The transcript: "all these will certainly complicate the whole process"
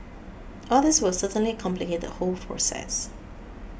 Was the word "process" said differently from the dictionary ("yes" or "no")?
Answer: yes